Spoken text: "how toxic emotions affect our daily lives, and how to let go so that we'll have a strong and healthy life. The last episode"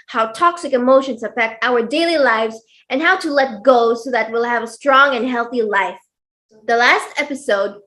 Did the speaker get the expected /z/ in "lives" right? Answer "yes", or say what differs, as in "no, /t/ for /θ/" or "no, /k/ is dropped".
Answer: yes